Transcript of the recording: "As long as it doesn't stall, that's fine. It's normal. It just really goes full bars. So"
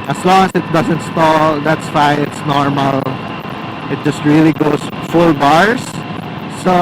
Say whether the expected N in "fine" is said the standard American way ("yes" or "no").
no